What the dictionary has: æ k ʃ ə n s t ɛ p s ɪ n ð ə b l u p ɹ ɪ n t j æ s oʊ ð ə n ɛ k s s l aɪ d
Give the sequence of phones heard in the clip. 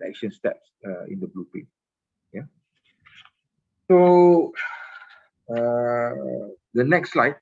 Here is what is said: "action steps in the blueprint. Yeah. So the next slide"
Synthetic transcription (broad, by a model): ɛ k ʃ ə n s t ɛ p s ɪ n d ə b l u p ɛ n j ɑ s oʊ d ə n ɛ k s s l aɪ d